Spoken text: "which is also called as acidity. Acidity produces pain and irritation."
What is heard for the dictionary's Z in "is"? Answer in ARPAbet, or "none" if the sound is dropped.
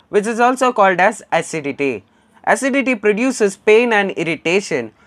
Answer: Z